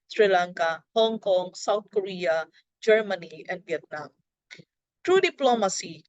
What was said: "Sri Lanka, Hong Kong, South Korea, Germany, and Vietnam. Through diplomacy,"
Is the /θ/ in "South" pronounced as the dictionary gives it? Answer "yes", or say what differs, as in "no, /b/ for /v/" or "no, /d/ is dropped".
no, /t/ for /θ/